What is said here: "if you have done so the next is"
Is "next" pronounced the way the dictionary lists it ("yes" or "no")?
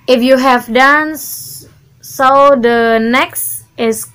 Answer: yes